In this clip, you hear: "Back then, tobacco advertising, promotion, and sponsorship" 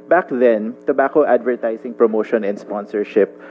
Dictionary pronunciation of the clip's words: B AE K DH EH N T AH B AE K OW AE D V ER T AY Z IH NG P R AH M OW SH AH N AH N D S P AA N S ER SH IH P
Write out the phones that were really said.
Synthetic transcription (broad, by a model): B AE K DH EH N T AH B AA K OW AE D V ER T AY S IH NG P R AH M OW SH AH N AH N S P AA N S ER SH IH P